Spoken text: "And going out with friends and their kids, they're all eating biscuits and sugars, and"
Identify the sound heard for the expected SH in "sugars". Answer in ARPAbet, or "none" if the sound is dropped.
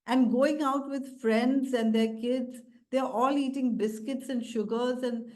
SH